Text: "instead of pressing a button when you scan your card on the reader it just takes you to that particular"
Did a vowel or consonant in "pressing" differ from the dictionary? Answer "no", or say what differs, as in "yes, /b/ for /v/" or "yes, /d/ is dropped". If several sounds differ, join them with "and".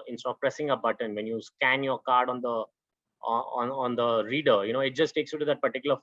no